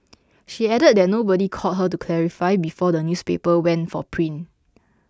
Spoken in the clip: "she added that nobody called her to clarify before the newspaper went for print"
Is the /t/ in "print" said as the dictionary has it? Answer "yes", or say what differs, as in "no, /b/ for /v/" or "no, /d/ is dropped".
no, /t/ is dropped